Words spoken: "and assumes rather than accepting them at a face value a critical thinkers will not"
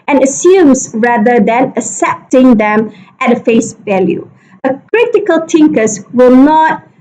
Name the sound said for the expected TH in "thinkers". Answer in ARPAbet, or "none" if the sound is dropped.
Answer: T